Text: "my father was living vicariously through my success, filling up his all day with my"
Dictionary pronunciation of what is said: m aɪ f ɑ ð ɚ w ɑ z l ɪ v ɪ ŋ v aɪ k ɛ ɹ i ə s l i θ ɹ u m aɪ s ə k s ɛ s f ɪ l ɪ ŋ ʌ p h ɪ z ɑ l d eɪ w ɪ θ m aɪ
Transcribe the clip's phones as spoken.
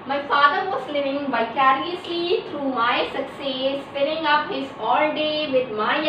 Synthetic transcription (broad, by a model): m aɪ f ɑ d ɚ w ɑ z l ɪ v ɪ ŋ b aɪ k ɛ ɹ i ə s l i t ɹ u m aɪ s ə k s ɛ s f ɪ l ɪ ŋ ʌ p h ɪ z ɑ l d eɪ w ɪ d m aɪ